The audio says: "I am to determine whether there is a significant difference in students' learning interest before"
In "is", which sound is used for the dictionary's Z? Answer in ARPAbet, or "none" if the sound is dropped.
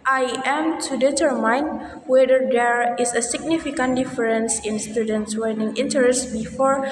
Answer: S